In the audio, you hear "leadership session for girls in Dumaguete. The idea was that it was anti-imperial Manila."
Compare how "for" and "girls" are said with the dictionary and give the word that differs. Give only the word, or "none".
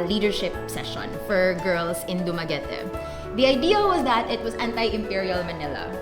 girls